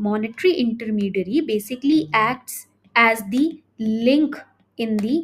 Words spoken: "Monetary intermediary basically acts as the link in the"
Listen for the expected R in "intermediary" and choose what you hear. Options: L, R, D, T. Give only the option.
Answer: R